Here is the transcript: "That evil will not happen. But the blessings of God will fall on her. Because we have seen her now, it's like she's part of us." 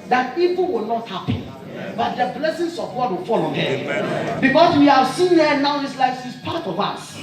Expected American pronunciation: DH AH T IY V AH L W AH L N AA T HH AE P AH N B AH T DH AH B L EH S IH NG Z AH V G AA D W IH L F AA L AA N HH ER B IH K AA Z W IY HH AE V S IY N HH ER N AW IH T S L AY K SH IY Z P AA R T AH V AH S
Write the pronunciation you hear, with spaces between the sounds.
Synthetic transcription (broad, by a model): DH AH T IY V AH N W AH L N AA T HH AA P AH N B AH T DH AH B L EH S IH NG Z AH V G AA D W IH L F AA L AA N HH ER B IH K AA S W IY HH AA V S IY N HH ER N AW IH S L AY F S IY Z P AA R T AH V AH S